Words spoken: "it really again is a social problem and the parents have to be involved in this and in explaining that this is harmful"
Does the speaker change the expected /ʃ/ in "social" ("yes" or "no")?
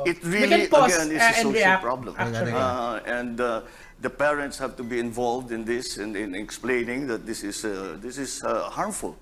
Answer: yes